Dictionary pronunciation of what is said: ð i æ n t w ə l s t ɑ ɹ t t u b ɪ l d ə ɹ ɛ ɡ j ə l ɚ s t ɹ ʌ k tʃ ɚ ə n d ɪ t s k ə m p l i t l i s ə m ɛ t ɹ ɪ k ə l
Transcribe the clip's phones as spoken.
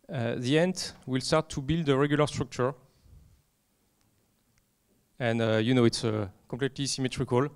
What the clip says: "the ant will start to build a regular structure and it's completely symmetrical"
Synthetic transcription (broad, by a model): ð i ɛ n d w ə l s t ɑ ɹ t t u b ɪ l d ə ɹ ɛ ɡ j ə l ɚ s t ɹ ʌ k tʃ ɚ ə n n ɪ t s k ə p l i t l i s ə m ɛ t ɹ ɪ k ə l